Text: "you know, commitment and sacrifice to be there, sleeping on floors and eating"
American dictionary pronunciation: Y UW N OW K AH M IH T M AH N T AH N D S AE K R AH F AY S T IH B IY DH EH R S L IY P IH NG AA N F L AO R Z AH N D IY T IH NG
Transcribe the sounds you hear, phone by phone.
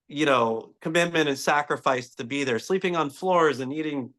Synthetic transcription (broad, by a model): Y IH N OW K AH M IH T M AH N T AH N S AE K R AH F AY S T IH B IY DH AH R S L IY P IH NG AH N F L AO R Z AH N IY T IH NG